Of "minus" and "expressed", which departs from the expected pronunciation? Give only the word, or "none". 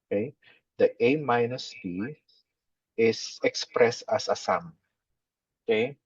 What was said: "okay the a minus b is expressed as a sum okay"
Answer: none